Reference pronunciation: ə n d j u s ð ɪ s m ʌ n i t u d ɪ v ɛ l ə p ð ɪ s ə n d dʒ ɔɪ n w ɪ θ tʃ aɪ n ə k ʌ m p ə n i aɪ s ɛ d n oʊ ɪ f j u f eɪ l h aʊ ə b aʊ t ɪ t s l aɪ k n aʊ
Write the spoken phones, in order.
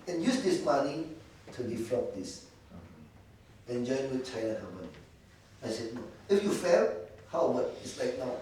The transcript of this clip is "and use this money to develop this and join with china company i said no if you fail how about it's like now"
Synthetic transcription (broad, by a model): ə n j u s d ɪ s m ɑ n i t u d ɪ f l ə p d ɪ s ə n dʒ ɔɪ n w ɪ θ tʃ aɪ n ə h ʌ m ə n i aɪ s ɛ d n oʊ ɪ f j u f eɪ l h aʊ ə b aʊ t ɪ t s l aɪ k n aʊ